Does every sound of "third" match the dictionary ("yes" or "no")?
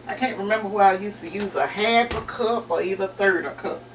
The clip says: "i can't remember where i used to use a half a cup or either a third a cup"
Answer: yes